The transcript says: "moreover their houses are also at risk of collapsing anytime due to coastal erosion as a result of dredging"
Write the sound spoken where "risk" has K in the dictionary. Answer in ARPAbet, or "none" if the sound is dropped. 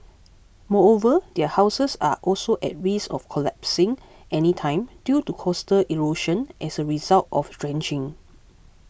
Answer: none